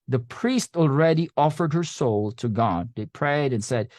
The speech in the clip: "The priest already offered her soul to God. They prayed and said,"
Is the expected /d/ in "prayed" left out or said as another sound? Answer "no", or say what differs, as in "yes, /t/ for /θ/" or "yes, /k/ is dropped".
no